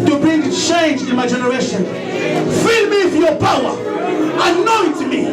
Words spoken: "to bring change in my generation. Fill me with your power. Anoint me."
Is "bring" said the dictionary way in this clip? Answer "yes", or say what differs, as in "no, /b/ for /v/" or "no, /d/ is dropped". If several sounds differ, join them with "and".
no, /ɹ/ is dropped